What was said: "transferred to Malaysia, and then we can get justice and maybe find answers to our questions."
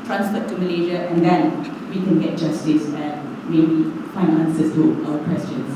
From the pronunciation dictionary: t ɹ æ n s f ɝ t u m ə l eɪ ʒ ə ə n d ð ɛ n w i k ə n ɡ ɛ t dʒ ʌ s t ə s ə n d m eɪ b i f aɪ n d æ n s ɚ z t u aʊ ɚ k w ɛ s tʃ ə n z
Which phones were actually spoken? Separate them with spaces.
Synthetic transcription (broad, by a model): t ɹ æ n s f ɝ t u m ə l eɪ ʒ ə ə n d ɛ n w i k ə n ɡ ɛ t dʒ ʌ s t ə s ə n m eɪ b i f aɪ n ɑ n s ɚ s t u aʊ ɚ k w ɛ s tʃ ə n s